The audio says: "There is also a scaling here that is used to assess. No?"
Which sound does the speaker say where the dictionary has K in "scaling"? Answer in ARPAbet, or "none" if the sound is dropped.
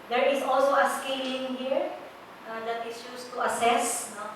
K